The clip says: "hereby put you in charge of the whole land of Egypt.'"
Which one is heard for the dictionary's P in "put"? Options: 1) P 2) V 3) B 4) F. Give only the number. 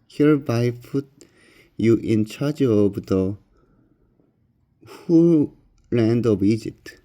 4